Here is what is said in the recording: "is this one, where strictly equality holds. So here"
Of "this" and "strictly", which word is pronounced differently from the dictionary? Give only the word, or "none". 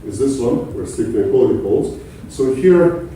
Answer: strictly